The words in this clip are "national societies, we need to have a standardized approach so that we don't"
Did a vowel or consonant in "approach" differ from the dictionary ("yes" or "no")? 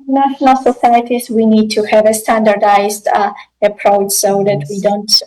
no